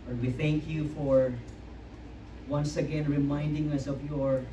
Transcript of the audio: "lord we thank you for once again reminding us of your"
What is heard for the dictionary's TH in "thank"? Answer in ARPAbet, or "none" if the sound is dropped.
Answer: TH